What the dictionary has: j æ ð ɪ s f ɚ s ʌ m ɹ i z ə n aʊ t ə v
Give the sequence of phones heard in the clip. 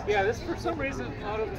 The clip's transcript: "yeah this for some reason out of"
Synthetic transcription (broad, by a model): j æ ð ɪ s f ɚ s ʌ m ɹ i z ə n aʊ t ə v